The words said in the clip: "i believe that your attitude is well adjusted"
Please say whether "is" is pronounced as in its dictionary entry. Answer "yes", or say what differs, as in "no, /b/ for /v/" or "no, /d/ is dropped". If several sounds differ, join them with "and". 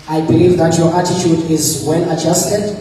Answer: yes